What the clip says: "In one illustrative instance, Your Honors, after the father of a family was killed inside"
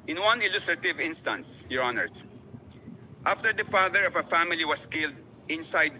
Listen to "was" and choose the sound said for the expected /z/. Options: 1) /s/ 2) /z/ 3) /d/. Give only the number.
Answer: 1